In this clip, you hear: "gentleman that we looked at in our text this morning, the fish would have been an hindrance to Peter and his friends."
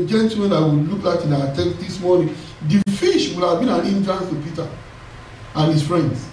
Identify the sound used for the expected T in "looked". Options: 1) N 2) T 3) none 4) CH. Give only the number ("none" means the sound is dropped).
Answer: 3